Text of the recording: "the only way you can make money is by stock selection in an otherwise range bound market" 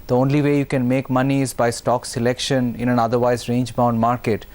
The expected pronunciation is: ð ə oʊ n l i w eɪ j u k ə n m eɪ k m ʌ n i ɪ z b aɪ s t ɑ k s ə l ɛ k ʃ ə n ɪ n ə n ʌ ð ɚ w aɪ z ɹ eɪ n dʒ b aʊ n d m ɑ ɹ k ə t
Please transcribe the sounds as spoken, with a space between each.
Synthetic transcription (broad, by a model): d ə oʊ n l i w eɪ j u k ə n m eɪ k m ʌ n i ɪ z b aɪ s t ɑ k s ə l ɛ k ʃ ə n ɪ n ə n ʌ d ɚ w aɪ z ɹ eɪ n dʒ b aʊ n d m ɑ ɹ k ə t